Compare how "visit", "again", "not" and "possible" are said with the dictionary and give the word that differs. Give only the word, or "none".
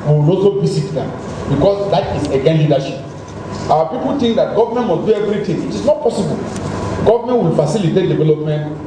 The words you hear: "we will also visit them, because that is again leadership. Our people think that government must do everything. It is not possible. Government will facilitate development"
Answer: visit